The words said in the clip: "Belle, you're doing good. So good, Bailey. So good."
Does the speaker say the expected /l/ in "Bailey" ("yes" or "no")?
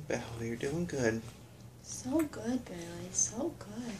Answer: no